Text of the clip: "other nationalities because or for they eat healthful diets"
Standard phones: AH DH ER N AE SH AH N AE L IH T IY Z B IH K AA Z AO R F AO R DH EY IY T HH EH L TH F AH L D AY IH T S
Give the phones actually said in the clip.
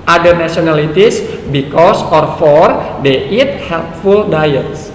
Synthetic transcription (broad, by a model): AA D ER N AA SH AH N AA L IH T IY S B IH K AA S AO R F AO R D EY IY T HH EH L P F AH L D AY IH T S